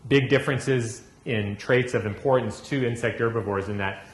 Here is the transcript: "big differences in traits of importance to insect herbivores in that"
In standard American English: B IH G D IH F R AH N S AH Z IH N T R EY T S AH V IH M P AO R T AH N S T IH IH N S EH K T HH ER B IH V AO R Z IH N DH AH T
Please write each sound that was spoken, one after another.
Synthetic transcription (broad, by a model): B IH G D IH F R AH N S AH Z IH N T R EY T S AH V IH M P AO R T N S T IH IH N S EH K T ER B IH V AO R Z IH N DH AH T